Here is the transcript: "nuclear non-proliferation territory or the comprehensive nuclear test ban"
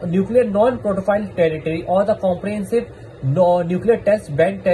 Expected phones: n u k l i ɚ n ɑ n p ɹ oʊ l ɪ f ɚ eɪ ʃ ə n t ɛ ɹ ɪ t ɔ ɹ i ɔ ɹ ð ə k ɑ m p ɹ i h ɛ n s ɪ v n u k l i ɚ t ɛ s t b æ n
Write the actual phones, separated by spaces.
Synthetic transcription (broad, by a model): n u k l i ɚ n ɑ n p ɹ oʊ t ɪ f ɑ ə l t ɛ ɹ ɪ t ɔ ɹ i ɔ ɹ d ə k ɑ m p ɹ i h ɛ n s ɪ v n u k l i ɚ t ɛ s t b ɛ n